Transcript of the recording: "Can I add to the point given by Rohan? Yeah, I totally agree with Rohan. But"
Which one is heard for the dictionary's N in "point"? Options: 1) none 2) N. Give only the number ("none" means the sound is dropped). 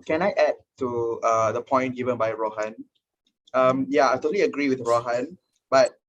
2